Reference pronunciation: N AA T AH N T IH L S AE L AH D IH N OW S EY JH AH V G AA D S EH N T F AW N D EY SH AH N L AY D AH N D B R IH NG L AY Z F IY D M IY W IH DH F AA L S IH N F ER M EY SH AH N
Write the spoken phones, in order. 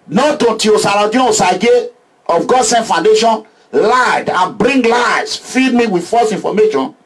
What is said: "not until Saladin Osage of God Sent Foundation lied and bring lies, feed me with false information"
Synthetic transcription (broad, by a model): N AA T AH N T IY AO S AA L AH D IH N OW S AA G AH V G AA D S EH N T F AW N D EY SH AH N L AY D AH N B R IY NG L AY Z F IY D M IY W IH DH F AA S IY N F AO M EY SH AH N